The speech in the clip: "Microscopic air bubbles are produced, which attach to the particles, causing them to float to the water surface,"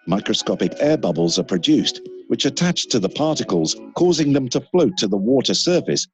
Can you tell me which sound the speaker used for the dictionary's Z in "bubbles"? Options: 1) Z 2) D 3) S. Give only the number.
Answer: 1